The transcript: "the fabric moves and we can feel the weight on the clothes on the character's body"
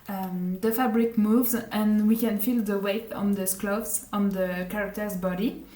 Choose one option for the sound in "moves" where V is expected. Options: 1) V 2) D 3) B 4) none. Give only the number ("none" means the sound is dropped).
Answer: 1